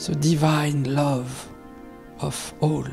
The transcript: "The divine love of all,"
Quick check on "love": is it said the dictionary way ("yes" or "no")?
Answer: yes